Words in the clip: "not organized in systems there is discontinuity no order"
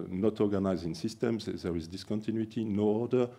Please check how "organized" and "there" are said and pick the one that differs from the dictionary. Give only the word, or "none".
organized